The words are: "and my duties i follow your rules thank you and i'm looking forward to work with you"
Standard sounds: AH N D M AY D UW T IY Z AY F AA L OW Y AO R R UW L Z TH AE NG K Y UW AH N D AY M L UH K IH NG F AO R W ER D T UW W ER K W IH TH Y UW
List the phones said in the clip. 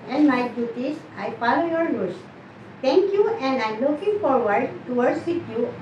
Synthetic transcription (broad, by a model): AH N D M AY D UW T IY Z AY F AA L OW Y AO R L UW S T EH NG K Y UW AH N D AY M L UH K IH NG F AO R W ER D T UW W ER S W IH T Y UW